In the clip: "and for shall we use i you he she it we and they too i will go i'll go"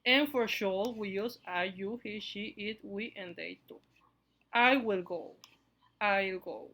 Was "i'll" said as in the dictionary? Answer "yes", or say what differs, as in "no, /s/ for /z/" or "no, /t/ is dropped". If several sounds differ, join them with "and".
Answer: yes